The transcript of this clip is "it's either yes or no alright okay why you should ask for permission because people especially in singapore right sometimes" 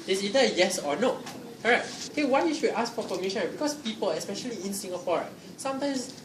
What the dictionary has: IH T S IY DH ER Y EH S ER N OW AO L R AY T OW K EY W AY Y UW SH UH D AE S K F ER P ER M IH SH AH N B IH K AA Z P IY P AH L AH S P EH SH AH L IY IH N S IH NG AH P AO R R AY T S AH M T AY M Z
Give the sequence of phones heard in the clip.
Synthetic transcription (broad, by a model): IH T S IY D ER Y EH S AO N OW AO R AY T OW K EY W AY Y UW SH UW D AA S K F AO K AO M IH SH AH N B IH K AA S P IY P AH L AH S P EH SH AH L IY IH N S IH NG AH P AO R R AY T S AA M T AY M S